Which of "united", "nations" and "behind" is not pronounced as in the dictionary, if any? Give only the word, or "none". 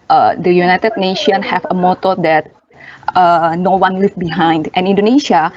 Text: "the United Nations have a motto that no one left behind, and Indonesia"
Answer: nations